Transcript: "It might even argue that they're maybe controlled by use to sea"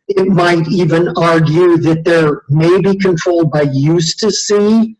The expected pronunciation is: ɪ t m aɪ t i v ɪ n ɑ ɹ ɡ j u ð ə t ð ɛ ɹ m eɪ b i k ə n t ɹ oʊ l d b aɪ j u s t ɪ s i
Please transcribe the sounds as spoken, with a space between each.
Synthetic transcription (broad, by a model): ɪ t m aɪ t i v ɪ n ɑ ɹ ɡ j u ð ə t ð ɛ ɹ m eɪ b i k ə n t ɹ oʊ l d b aɪ j u s t ɪ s i